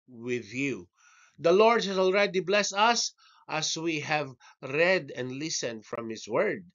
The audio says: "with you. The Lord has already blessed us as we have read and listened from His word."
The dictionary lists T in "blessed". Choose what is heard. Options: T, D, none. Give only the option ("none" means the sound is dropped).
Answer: none